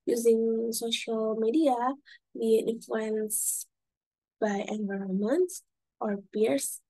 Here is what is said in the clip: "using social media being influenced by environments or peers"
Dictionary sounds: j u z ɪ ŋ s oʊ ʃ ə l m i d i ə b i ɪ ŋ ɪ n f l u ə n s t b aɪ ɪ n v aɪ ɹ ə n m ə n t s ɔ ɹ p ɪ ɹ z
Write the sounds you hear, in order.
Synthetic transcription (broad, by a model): j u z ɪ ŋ s oʊ ʃ ə l m i d i ə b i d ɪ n f l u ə n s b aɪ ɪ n v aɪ ɹ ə n m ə n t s ɔ ɹ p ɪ ɹ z